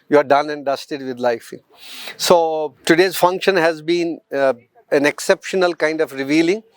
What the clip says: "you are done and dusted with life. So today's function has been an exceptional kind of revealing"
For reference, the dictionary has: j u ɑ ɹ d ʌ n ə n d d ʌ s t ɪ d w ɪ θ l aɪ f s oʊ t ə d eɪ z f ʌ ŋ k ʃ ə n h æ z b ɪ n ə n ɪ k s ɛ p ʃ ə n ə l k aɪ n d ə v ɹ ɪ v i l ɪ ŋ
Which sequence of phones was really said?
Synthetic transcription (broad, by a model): j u ɑ ɹ d ʌ n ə n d d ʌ s t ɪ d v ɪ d l aɪ f s oʊ t ə d eɪ z f ʌ ŋ k ʃ ə n h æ z b ɪ n ə n ɪ k s ɛ p ʃ ə n ə l k aɪ n d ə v ɹ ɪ v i l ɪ ŋ